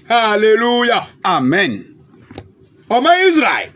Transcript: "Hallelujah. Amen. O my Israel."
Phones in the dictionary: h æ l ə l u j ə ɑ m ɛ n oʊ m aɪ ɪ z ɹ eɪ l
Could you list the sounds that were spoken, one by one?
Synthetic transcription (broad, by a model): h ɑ l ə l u j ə ɑ m ɛ n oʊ m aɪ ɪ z ɹ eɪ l